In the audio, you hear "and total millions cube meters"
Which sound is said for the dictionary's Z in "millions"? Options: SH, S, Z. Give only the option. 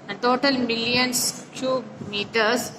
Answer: S